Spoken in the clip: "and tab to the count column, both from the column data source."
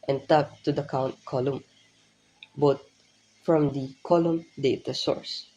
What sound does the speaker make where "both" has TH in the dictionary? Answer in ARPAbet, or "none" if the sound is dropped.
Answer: T